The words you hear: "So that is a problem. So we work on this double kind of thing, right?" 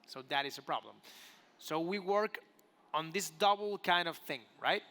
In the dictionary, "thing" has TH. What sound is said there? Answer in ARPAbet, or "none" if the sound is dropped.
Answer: TH